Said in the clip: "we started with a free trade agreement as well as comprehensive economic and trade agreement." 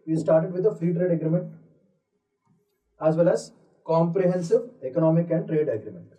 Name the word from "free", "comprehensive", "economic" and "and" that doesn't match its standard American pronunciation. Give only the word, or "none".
none